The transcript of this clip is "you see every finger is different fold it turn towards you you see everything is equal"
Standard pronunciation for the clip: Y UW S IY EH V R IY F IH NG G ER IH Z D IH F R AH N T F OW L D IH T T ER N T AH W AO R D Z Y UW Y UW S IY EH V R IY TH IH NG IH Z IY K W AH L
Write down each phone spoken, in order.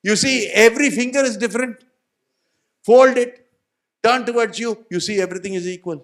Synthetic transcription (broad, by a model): Y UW S IY EH V R IY F IH NG G ER IH Z D IH F R AH N T F OW L D IH T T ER N T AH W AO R D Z Y UW Y UW S IY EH V R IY T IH NG IH Z IY K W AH L